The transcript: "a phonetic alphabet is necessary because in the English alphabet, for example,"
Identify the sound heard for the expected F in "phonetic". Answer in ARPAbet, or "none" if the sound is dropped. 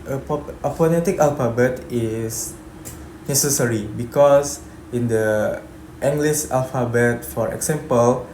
P